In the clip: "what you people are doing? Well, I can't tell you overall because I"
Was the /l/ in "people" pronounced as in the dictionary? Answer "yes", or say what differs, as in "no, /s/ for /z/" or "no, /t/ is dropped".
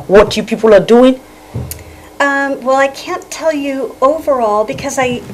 yes